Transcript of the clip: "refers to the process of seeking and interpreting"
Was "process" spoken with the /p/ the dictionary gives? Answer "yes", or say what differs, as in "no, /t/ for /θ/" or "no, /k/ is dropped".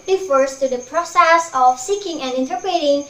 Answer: yes